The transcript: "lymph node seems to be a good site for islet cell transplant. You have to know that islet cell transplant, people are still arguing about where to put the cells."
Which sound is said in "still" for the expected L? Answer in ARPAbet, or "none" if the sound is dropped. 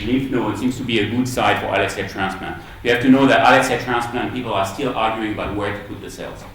L